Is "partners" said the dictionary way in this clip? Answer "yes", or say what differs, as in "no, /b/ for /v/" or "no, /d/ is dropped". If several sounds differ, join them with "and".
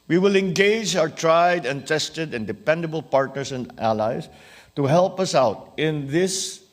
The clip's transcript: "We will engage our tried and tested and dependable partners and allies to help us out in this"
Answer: no, /s/ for /z/